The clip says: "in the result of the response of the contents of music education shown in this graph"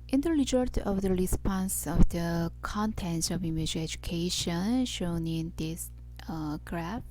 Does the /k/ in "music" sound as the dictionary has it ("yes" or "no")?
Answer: no